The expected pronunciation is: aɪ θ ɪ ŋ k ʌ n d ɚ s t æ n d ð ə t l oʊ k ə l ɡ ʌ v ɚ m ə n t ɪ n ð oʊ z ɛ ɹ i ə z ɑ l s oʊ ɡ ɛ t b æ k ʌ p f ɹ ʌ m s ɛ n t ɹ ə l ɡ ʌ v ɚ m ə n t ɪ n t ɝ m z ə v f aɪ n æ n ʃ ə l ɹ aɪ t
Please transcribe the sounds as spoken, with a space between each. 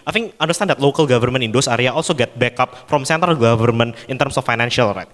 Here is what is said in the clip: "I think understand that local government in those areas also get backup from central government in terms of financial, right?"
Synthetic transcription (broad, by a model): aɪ f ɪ ŋ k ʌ n d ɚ s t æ n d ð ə t l oʊ k ə l ɡ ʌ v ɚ m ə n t ɪ n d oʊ s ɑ ɹ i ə ɑ l s oʊ ɡ ɛ t b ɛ k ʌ p f ɹ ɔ m s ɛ n t ə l ɡ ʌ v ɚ m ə n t ɪ n t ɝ m s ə f aɪ n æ n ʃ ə l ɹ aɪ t